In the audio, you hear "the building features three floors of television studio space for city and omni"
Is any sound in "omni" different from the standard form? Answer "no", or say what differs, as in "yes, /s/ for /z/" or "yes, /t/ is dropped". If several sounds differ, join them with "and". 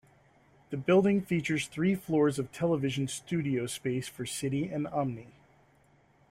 no